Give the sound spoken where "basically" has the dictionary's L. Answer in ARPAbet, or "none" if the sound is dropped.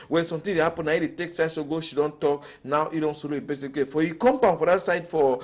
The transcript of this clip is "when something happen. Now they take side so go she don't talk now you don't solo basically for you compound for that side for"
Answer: none